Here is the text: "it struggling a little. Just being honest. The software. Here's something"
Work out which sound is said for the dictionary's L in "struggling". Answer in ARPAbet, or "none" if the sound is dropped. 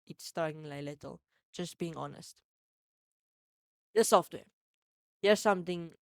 none